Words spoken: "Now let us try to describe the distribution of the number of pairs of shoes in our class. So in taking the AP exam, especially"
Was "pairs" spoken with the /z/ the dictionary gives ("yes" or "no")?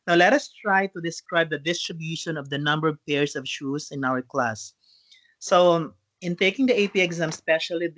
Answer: no